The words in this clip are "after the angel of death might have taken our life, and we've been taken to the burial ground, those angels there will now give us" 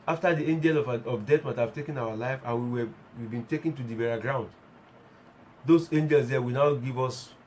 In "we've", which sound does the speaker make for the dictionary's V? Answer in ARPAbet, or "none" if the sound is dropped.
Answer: W